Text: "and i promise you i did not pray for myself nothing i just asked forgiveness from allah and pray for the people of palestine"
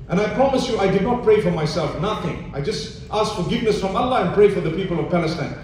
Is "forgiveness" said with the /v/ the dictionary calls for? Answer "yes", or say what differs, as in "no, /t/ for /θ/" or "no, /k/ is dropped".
yes